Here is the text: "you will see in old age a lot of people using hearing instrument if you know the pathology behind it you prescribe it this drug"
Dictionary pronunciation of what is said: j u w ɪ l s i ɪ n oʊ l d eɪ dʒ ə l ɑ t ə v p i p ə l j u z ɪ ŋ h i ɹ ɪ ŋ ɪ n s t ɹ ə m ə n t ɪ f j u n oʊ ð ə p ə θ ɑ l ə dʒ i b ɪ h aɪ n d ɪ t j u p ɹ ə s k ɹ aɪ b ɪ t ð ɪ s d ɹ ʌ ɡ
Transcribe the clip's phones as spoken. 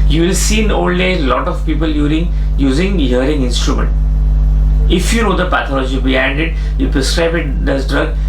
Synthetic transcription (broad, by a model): j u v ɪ l s i n oʊ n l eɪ ə l ɑ t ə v p i p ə l j u z ɪ ŋ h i ɹ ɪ ŋ ɪ n s t ɹ ə m ə n t ɪ f j u n oʊ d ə p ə t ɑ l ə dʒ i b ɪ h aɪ n d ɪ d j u p ɹ ə s k ɹ aɪ b ɪ t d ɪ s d ɹ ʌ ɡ